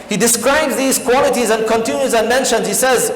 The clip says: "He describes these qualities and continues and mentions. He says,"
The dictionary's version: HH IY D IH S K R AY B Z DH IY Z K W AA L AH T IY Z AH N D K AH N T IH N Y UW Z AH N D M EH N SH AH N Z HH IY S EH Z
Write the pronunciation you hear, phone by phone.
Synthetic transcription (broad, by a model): HH IY D IH S K R AY B Z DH IY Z K W AA L AH T IY Z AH N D K AH N T IH N Y UW Z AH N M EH N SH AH N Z HH IY S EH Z